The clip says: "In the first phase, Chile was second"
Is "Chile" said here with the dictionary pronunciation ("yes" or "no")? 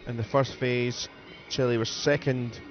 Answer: yes